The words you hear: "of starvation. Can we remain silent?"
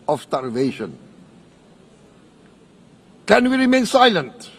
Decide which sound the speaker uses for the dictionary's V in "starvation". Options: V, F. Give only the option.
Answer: V